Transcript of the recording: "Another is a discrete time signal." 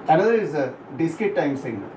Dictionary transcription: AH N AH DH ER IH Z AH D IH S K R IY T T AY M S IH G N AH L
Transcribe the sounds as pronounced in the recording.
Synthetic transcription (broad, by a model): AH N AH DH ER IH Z AH D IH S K IY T T AY M S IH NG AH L